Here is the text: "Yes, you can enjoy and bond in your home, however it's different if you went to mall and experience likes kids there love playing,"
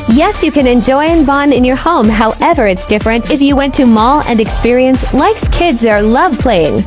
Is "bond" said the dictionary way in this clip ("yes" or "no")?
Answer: no